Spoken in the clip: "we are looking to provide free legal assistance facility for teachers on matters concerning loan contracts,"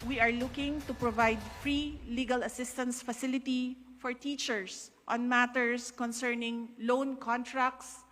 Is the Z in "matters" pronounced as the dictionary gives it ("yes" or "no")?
no